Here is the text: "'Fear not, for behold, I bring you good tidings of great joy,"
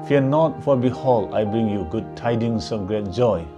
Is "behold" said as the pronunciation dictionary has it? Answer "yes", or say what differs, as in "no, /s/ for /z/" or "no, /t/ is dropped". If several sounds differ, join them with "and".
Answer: no, /d/ is dropped